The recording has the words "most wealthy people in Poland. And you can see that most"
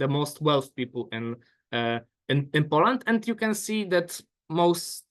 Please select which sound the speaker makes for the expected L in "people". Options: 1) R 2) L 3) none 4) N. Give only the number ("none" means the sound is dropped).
4